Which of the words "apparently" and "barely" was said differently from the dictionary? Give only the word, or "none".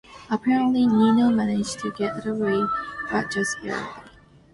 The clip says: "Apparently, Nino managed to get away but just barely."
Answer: barely